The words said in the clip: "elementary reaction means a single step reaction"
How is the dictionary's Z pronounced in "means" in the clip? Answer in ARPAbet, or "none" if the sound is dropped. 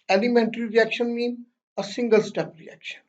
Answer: none